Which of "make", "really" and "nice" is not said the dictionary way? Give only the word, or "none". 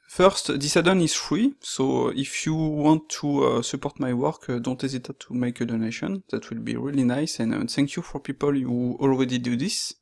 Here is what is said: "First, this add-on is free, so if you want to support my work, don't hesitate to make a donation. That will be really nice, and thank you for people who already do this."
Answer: none